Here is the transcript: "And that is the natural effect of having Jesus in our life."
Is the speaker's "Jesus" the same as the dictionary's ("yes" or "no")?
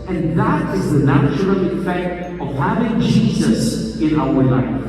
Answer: yes